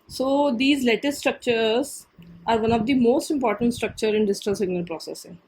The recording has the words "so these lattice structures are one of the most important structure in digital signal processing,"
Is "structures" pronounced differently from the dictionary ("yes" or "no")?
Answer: no